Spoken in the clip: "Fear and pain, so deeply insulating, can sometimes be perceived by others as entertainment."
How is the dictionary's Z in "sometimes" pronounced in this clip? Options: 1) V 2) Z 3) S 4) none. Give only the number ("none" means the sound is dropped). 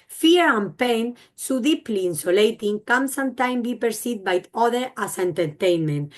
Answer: 4